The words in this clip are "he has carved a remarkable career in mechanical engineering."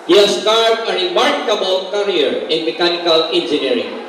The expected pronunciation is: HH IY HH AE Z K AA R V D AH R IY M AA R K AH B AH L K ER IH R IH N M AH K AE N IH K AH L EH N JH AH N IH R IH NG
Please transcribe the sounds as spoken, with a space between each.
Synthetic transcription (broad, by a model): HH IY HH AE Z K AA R D AH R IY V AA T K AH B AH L K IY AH R IH N M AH K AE N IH K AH L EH N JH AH N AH R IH NG